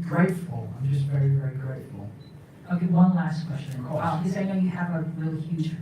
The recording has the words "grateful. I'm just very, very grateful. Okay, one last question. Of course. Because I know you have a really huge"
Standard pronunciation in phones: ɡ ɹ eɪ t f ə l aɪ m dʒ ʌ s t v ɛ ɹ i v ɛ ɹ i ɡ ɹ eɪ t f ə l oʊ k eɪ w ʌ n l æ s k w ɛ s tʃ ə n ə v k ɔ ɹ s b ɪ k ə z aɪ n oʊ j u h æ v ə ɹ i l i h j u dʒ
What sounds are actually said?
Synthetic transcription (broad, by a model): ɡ ɹ eɪ t f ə l aɪ m dʒ ʌ s t v ɛ ɹ i v ɛ ɹ i ɡ ɹ eɪ t f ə l oʊ k eɪ w ʌ n l æ s k w ɛ s tʃ ə n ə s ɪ ə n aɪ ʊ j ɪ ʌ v ə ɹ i l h j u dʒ